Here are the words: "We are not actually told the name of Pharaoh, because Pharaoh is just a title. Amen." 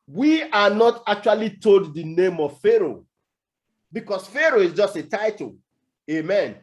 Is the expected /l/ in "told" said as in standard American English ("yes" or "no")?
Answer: yes